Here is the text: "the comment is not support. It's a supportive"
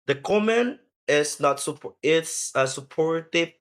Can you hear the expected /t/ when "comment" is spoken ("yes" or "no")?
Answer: no